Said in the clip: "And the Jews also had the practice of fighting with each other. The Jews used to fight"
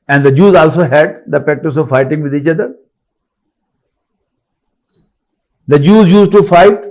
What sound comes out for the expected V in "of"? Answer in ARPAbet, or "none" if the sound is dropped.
V